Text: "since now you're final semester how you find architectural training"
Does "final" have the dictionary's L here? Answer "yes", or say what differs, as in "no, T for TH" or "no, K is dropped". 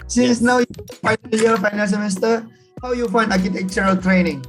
no, N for L